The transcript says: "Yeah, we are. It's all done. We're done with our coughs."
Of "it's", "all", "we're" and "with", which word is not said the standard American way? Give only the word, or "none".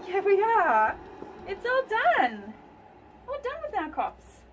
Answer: we're